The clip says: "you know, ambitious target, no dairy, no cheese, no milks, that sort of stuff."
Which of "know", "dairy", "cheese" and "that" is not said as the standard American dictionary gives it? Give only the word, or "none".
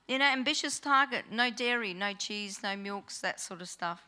none